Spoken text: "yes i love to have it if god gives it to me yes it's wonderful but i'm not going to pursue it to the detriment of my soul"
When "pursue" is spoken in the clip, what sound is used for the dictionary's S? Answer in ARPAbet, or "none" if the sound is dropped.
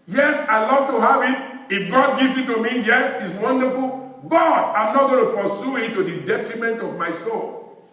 S